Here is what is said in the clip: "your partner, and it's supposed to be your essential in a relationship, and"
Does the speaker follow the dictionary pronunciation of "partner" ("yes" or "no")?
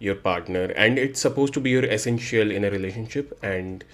yes